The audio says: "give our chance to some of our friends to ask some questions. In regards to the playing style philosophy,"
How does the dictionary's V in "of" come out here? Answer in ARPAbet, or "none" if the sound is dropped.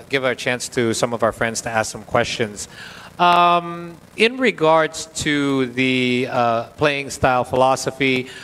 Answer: V